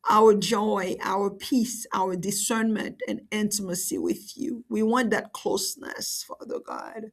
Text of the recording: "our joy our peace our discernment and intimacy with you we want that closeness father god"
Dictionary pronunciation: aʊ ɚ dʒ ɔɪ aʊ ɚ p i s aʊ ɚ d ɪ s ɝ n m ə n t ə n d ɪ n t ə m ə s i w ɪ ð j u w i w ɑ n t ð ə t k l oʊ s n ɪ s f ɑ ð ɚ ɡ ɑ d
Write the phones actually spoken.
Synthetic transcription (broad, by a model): aʊ ɚ dʒ ɔɪ aʊ ɚ p i s aʊ ɚ d ɪ s ɝ n m ə n t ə n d ɪ n t ə m ə s i w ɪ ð j u w i w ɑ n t ð ə t k l oʊ s n ɪ s f ɑ ð ɚ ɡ ɑ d